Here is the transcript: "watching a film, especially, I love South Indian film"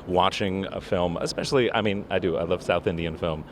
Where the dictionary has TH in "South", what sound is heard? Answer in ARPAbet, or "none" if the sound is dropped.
TH